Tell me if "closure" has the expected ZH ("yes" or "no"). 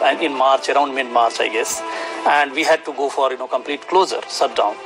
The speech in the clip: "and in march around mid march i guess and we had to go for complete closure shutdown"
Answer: no